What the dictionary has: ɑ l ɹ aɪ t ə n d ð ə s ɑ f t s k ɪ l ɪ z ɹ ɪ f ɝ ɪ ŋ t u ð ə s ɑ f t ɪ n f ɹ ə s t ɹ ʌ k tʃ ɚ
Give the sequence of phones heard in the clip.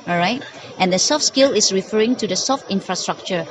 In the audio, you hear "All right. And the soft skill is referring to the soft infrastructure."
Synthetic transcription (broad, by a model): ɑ ɹ aɪ t ə n d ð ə s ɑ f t s k ɪ l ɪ s ɹ ɪ f ɝ ɪ ŋ t u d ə s ɑ f t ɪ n f ɹ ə s t ɹ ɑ k tʃ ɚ